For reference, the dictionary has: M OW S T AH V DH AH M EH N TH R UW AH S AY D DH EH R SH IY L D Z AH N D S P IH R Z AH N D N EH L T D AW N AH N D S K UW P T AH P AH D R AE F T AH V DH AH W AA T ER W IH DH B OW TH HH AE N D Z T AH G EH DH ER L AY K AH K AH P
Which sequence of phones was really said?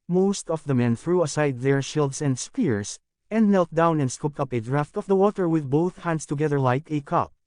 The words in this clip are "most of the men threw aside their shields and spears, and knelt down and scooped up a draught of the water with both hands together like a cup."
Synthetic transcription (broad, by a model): M OW S T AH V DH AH M EH N TH R UW AH S AY D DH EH R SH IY L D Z AH N D S P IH R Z AH N D N EH L T D AW N AH N D S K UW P T AH P AH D R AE F T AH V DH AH W AA T ER W IH DH B OW TH HH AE N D S T AH G EH DH ER L AY K AH K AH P